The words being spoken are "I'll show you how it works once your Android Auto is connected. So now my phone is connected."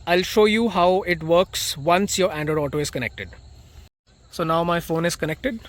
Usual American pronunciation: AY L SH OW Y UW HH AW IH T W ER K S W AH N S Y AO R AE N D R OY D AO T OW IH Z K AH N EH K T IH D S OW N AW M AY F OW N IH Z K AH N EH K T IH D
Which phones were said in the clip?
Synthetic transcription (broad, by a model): AY L SH OW Y UW HH AW IH T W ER K S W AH N S Y AO R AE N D OY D AO T OW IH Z K AH N EH K T IH D S OW N AW M AY F OW N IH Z K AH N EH K T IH D